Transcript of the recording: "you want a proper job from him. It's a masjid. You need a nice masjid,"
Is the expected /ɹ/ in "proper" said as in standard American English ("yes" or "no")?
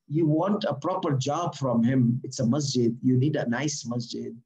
yes